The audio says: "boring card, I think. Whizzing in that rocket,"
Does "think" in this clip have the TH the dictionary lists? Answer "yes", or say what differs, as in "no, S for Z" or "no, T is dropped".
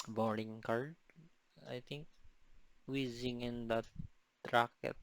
no, T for TH